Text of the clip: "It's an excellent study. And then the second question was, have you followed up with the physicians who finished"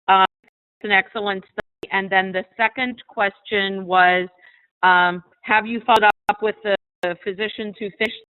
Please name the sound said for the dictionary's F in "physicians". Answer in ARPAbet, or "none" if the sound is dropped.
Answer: F